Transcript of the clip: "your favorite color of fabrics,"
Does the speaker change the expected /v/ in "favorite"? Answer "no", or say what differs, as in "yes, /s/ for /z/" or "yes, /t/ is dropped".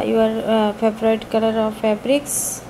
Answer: yes, /b/ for /v/